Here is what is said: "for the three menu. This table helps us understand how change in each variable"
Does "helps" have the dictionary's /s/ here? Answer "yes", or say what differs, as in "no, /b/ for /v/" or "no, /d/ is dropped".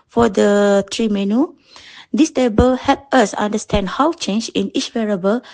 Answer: no, /s/ is dropped